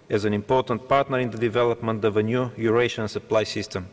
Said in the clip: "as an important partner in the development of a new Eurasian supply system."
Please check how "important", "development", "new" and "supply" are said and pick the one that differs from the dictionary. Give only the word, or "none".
none